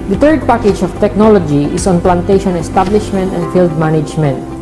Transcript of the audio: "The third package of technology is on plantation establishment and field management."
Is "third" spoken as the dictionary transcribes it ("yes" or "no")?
no